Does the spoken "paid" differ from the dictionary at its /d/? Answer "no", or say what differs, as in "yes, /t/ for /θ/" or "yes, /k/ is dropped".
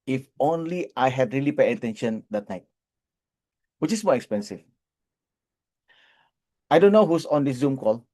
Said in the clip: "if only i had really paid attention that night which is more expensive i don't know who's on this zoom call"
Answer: yes, /d/ is dropped